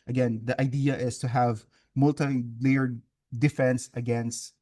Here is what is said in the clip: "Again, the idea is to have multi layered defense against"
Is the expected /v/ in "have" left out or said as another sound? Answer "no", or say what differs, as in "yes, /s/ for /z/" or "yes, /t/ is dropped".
no